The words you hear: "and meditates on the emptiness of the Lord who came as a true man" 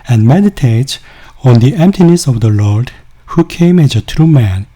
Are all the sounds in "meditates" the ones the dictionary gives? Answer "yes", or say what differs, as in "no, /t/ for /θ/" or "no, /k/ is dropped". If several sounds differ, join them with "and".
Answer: no, /s/ is dropped